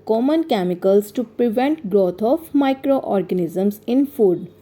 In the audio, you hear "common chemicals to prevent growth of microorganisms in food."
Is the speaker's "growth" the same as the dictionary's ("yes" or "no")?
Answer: no